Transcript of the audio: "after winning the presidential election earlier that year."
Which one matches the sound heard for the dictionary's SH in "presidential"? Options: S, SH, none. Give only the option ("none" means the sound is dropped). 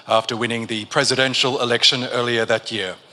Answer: SH